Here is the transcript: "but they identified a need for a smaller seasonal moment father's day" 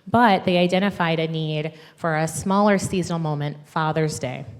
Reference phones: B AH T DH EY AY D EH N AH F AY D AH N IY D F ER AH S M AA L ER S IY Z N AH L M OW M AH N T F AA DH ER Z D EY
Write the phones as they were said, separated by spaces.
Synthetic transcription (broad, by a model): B AH T DH EY AY D EH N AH F AY D AH N IY D F ER AH S M AA L ER S IY Z N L M OW M AH N T F AA DH ER Z D EY